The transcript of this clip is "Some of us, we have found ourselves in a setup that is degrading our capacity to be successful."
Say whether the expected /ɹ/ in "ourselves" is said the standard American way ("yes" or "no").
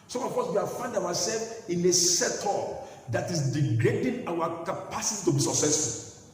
no